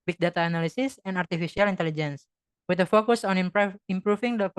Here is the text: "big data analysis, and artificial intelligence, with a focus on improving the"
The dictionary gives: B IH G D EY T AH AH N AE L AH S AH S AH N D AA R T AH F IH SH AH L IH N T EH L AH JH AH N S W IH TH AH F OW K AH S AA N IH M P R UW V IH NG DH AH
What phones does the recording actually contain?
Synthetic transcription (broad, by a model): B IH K D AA T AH N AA L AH S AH S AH N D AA R T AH F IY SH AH L IH N T EH L AH JH AH N S W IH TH AH F OW K AH S AA N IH M P R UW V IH NG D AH